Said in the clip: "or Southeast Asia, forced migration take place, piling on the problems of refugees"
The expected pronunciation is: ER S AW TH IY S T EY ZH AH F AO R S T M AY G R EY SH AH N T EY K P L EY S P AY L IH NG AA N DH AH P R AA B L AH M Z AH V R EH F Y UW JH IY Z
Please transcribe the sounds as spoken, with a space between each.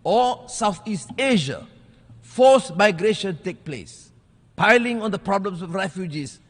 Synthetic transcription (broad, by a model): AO S AW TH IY S T EY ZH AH F AO S M AY G R EY SH AH N T EY K P L EY S P AY L IH NG AA N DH AH P R AA B L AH M S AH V R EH F Y UW JH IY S